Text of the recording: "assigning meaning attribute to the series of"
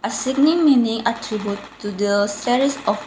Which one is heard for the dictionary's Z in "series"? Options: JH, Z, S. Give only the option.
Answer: S